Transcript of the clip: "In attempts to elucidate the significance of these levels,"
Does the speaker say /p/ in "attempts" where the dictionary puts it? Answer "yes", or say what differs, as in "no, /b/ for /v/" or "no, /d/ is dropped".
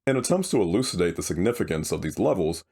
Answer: yes